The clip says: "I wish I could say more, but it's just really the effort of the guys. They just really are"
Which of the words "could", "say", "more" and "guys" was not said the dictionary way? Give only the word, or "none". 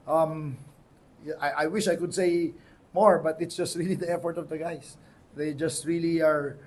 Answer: guys